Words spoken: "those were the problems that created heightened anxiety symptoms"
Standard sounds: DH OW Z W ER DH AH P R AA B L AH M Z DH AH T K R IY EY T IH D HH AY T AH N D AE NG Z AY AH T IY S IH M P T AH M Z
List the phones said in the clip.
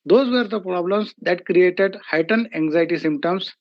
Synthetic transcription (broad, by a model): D OW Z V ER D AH P R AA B L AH M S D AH T K R IY EY T IH D HH AY T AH N AE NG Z AY T IY S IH M P T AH M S